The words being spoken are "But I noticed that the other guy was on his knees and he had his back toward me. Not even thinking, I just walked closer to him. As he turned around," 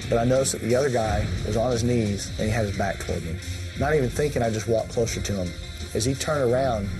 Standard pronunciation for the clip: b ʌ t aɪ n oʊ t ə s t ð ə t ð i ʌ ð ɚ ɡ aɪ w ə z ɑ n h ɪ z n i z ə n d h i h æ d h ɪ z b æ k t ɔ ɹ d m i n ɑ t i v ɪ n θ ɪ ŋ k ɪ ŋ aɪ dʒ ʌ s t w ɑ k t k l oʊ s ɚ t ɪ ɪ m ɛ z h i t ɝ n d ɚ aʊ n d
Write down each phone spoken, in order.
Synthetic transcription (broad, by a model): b ʌ t aɪ n oʊ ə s ð ə t ð i ʌ ð ɚ ɡ aɪ w ə z n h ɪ z n i z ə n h i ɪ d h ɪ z b æ k t ɔ ɹ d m n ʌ t i v ɪ n θ ɪ ŋ k ɪ ŋ aɪ dʒ ʌ s t w ɑ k k l oʊ s ɚ t ɪ ɪ m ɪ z i t ɝ n d ɚ aʊ n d